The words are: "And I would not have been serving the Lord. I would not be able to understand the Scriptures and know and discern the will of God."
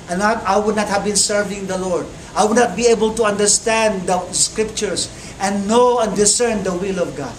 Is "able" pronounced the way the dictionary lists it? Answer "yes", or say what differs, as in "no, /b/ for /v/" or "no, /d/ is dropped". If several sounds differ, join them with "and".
yes